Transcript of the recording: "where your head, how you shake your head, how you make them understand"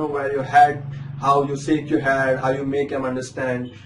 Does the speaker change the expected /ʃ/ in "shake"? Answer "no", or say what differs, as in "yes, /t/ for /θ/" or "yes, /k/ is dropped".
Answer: yes, /s/ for /ʃ/